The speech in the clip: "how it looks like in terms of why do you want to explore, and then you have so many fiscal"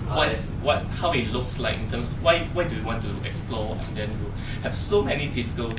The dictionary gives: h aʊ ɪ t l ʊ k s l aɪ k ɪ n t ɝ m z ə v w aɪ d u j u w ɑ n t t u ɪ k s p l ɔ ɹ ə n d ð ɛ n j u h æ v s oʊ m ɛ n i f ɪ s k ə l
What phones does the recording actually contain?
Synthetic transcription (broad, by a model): h aʊ ɪ t l ʊ k s l aɪ k ɪ n t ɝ m s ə w w aɪ d u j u w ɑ n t t u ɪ k s p l ɔ ə n d ɛ n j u h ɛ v s oʊ m ɛ n i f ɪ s k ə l